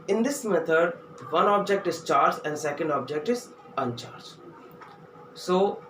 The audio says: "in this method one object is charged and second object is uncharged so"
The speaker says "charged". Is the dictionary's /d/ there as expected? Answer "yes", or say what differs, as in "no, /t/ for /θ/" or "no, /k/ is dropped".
no, /d/ is dropped